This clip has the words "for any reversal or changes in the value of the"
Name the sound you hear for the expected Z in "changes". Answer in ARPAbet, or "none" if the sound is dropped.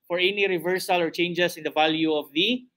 S